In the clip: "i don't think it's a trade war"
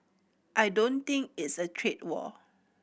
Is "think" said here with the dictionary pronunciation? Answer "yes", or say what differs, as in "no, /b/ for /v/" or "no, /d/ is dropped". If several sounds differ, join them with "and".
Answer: no, /t/ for /θ/